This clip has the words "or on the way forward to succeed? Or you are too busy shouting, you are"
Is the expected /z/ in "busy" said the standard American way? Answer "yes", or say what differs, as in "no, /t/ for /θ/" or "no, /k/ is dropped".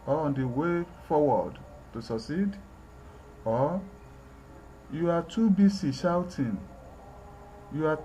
no, /s/ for /z/